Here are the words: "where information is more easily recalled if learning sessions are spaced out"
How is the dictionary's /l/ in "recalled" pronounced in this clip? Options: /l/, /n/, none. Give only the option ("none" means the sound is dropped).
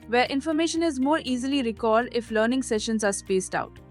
none